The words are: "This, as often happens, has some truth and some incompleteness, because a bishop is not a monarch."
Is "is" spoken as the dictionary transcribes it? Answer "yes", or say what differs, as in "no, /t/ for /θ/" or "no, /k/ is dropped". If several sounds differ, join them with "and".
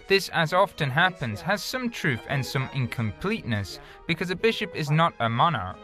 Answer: yes